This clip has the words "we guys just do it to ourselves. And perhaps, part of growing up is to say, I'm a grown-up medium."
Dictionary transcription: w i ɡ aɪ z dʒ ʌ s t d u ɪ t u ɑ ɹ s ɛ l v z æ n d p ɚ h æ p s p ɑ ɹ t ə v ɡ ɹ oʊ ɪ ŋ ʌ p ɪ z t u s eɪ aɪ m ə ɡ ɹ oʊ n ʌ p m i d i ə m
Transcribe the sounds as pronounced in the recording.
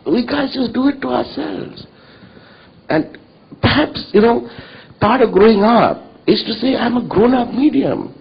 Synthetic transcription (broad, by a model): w i ɡ aɪ z dʒ ʌ s t d u ɪ t u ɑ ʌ s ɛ l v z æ n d p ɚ h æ p s p ɑ ɹ t ə v ɡ ɹ oʊ ɪ ŋ ʌ p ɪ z t u s eɪ aɪ m ə ɡ ɹ oʊ n ʌ p m i d i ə m